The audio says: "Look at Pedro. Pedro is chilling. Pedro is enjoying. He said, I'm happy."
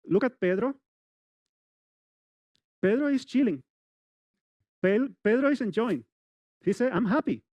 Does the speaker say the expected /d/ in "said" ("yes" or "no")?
no